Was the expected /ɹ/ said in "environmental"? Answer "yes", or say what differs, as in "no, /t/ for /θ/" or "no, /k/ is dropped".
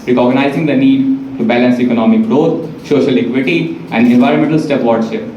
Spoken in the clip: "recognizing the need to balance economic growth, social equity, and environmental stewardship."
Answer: yes